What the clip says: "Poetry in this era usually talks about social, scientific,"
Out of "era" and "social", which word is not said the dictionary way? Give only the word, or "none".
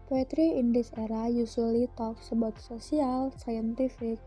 social